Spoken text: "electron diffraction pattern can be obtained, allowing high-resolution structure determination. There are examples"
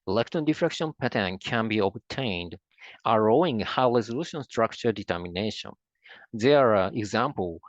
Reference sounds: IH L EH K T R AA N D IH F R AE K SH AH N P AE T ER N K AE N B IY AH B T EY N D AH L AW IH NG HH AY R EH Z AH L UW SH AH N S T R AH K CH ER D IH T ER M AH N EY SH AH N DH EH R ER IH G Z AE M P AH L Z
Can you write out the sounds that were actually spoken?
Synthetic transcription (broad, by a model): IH L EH K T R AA N D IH F R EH K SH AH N P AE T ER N K AE N B IY AH B T EY N D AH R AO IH NG HH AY R EH Z AH L UW SH AH N S T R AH K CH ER D IH T ER M AH N EY SH AH N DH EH R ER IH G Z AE M P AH L